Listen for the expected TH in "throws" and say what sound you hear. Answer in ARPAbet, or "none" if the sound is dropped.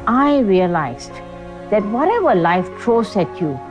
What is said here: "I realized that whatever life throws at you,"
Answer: T